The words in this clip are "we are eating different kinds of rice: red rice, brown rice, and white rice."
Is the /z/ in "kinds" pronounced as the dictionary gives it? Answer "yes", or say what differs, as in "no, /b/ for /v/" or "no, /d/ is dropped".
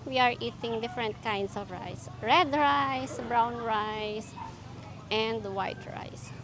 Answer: no, /s/ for /z/